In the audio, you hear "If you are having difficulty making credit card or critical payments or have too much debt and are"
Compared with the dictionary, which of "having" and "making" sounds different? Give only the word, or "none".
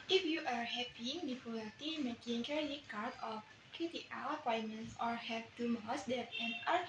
having